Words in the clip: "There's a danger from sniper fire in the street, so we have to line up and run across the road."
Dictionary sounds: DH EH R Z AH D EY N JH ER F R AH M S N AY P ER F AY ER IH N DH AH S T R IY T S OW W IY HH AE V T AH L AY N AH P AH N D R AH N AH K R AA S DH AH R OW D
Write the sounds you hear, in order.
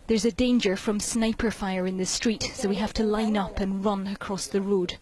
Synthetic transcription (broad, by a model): DH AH R Z AH D EY N JH ER F R AH M S N AY P ER F AY ER IH N DH AH S T R IY T S OW W IY HH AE F T AH L AY N AH P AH N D R AH N AH K R AA S DH AH R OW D